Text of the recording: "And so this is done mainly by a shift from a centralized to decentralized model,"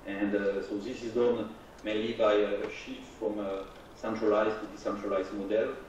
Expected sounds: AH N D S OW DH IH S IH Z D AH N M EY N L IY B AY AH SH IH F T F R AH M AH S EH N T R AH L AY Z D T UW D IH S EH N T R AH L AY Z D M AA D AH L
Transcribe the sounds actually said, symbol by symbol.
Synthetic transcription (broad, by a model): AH N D S OW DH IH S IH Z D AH N M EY L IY B AY AH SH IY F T F R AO M AH S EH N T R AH L AY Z T UW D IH S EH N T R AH L AY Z M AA D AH L